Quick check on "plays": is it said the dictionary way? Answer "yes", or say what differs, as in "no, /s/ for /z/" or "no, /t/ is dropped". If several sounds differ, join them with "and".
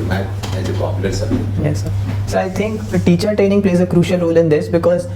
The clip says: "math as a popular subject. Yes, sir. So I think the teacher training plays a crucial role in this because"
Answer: yes